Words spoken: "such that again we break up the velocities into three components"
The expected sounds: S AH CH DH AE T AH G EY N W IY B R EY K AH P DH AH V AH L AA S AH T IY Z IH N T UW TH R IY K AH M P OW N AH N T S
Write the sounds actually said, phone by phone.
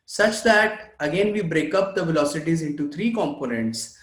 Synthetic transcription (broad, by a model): S AH CH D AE T AH G EY N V IY B R EY K AH P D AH V AH L AA S AH T IY Z IH N T UW T R IY K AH M P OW N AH N T S